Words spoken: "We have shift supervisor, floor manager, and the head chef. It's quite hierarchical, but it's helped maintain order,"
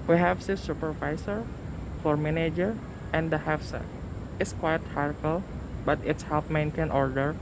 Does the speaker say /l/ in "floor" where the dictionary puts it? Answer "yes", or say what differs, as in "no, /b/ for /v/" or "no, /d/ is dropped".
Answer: no, /l/ is dropped